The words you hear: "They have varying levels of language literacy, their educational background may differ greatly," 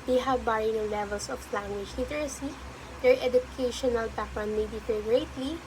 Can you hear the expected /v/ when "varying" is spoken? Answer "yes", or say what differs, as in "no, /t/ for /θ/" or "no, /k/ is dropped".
no, /b/ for /v/